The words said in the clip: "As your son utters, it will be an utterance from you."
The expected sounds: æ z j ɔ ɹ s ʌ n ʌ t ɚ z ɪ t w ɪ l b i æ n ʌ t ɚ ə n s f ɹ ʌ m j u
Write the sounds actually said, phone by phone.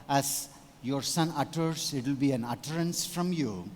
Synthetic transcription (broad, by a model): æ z j ɔ ɹ s ʌ n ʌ t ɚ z ɪ t w ɪ l b i æ n ʌ t ɚ ə n s f ɹ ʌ m j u